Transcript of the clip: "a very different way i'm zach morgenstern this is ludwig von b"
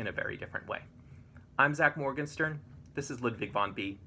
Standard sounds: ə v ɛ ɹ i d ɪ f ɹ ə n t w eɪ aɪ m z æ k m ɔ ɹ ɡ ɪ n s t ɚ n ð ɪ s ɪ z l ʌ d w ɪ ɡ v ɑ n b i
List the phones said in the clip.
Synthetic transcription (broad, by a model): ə v ɛ ɹ i d ɪ f ɹ ə n t w eɪ aɪ m z æ k m ɔ ɹ ɡ ɪ n s t ɚ n ð ɪ s ɪ z l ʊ d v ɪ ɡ v ɑ n b i